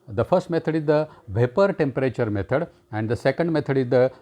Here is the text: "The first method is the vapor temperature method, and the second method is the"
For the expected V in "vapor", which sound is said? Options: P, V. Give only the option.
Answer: V